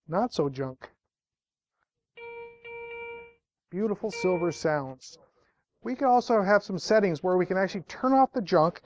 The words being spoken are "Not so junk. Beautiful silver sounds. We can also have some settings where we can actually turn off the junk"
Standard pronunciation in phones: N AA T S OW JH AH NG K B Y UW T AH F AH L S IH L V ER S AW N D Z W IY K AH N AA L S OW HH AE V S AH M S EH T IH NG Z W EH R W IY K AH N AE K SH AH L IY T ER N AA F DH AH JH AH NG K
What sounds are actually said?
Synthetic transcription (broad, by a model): N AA T S OW JH AH NG K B Y UW T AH F L S IH L V ER S AW N D Z W IY K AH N AA L S OW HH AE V S AH M S EH T IH NG Z W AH R W IY K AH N AE K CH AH L IY T ER N AA F DH AH JH AH NG K